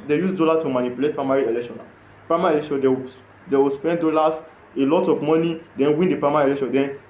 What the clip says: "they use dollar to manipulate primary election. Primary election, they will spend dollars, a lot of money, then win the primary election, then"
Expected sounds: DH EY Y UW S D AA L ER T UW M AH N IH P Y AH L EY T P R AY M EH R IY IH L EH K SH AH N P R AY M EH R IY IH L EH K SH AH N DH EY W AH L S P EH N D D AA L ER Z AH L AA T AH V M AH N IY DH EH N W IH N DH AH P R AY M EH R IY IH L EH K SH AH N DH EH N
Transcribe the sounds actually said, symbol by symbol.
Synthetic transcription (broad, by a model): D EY Y UW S D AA L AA T UW M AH N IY P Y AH L EY T P R AY M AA R IY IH L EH K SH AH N P R AY M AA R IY IH L EH K SH AH N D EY W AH W S P EH N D D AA L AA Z AH L AA T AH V M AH N IY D EH N W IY N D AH P R AY M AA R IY IH L EH K SH AH N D EH N